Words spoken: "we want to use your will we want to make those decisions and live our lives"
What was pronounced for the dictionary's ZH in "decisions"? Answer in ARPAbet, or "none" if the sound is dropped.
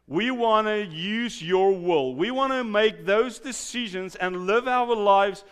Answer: ZH